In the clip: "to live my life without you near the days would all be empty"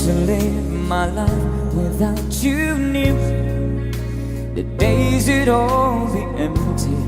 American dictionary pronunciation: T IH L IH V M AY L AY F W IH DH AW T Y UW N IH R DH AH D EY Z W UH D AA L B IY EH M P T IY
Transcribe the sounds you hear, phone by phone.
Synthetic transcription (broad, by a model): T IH L IH V M AY L AY F W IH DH AW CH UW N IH DH AH D EY Z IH D AA L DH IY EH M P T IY